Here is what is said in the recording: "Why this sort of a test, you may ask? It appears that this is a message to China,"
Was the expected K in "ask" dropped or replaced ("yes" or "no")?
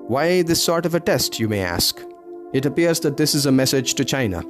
no